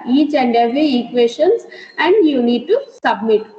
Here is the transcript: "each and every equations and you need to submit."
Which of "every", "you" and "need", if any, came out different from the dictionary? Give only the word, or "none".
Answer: every